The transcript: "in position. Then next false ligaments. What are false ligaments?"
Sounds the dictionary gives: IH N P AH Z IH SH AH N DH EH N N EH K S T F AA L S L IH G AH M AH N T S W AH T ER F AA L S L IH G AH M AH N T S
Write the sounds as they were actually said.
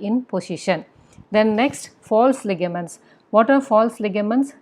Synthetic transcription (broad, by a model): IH N P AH S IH SH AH N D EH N N EH K S T F AA L S L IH G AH M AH N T S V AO T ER F AA L S L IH G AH M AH N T S